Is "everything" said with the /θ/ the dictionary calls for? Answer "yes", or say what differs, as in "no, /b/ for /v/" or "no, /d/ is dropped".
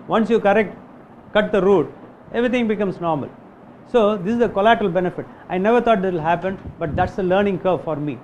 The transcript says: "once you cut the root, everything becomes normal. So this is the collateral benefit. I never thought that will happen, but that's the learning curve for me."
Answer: no, /t/ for /θ/